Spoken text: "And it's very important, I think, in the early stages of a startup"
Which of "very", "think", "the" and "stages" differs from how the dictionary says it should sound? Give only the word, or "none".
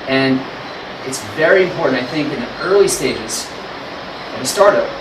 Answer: none